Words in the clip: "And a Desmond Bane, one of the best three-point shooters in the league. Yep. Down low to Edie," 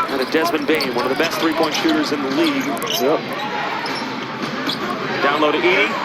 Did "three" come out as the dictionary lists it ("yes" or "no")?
yes